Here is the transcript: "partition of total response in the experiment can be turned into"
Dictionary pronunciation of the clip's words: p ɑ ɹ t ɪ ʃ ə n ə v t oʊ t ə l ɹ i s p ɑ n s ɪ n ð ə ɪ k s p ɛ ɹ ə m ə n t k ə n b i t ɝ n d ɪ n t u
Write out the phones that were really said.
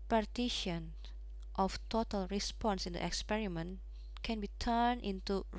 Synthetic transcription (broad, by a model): p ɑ ɹ t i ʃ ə n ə f t oʊ t ə l ɹ i s p ɑ n s ɪ n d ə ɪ k s p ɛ ɹ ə m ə n k ə n b i t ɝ n ɪ n t u